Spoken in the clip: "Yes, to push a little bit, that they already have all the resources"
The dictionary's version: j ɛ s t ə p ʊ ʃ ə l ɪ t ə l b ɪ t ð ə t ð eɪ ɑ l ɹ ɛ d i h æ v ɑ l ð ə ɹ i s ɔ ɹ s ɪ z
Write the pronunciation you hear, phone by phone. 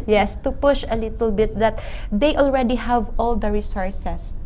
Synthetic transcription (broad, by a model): j ɛ s t ə p ʊ ʃ ə l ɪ t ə l b ɪ t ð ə t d eɪ ɑ l ɹ ɛ d i h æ v ɑ l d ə ɹ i s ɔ ɹ s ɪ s